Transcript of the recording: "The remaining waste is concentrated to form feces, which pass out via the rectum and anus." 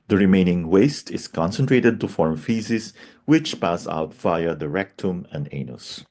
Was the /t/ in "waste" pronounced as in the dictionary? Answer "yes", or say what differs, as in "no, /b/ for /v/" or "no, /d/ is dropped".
yes